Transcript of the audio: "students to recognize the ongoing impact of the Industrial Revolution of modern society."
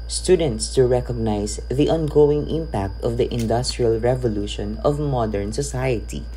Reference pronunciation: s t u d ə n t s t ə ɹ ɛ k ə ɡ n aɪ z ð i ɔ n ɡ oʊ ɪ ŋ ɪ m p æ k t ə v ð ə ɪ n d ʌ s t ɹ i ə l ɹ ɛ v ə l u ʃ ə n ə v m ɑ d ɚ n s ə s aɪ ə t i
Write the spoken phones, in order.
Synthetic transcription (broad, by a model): s t u d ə n t s t ə ɹ ɛ k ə ɡ n aɪ s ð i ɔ n ɡ oʊ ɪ ŋ ɪ m p æ k t ə v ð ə ɪ n d ʌ s t ɹ i ə l ɹ ɛ v ə l u ʃ ə n ə v m ɑ d ɚ n s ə s aɪ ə t i